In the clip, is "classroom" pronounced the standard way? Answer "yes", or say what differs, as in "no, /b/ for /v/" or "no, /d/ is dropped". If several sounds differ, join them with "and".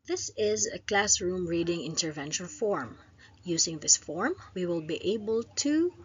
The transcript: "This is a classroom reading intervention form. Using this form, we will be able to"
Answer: yes